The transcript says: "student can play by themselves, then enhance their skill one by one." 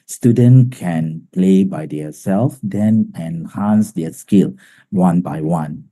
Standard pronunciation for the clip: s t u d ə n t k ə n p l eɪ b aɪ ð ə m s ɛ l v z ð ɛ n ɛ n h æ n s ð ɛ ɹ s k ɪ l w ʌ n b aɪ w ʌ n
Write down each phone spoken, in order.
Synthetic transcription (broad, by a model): s t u d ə n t k ə n p l eɪ b aɪ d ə s ɛ l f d ɛ n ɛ n h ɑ n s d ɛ s k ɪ l w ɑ n b aɪ w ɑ n